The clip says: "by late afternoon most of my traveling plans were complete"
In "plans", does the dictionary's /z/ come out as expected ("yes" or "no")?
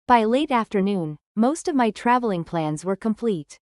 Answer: yes